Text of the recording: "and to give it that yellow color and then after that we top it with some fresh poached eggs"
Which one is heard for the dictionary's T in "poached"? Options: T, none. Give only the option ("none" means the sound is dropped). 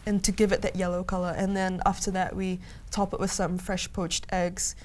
T